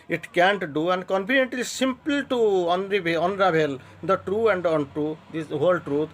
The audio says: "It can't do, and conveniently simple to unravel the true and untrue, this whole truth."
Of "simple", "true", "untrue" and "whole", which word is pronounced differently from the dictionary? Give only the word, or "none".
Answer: simple